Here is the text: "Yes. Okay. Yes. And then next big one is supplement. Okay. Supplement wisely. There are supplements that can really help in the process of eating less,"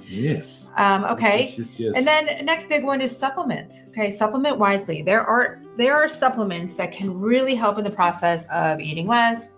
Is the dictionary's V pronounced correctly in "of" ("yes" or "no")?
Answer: yes